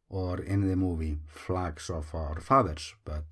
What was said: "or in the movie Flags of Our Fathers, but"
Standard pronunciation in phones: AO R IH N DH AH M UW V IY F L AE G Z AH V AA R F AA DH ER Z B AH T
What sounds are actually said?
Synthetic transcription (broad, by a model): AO R IH N DH AH M UW V IY F L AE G S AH F AA R F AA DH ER S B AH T